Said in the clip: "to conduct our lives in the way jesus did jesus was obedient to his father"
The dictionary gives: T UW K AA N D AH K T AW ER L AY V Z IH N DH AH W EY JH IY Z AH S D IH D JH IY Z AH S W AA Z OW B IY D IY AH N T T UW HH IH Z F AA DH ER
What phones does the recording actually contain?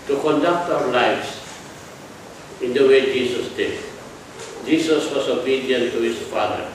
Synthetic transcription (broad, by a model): T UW K AA N D AH K T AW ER L AY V S IH N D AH W EY JH IY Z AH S D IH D JH IY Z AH S W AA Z OW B IY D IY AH N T T UW HH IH S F AA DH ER